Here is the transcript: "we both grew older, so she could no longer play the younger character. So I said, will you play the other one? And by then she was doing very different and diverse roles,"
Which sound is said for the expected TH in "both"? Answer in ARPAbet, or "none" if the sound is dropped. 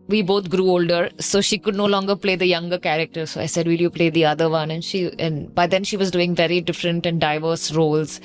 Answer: T